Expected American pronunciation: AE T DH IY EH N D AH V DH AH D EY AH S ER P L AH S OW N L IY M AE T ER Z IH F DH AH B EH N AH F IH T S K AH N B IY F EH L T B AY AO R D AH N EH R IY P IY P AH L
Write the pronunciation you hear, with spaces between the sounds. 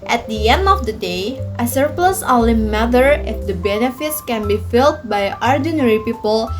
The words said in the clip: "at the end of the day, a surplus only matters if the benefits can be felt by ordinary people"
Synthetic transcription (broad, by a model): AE T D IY EH N D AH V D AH D EY AH S ER P L AH S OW L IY M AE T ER IH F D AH B EH N AH F IH T S K AH N B IY F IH L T B AY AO R D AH N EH R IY P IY P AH L